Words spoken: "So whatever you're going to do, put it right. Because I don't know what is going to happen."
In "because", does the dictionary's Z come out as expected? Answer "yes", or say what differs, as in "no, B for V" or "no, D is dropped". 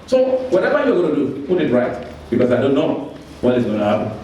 no, S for Z